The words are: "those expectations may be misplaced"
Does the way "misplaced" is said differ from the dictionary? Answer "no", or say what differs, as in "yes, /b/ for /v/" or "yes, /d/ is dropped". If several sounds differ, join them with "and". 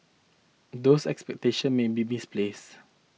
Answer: yes, /t/ is dropped